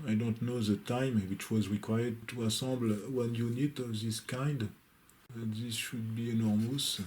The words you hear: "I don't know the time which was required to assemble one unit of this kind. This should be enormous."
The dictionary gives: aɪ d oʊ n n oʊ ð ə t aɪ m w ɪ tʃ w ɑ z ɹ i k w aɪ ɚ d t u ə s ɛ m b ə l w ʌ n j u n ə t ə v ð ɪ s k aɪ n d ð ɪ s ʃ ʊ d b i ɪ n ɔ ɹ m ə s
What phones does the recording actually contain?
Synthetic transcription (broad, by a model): aɪ d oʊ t n oʊ ð ə t aɪ m w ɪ tʃ w ɑ z ɹ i k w aɪ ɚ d t u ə s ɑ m b l w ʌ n j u n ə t ə v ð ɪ s k aɪ n d ð ɪ s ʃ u d b i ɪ n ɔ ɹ m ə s